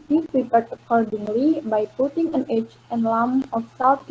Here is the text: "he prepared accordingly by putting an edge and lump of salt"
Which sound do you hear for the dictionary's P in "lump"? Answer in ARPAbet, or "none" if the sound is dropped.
none